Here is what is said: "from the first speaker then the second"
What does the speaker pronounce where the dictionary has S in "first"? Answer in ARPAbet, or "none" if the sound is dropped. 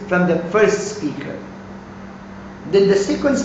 S